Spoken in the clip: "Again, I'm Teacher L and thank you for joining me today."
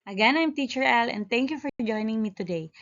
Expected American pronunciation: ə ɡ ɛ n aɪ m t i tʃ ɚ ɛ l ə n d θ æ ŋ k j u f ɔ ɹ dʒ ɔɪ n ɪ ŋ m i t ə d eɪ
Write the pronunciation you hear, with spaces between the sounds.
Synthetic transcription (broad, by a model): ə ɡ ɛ n aɪ m t i tʃ ɚ ɛ l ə n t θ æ ŋ k j u f ɔ ɹ dʒ ɔɪ n ɪ ŋ m i t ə d eɪ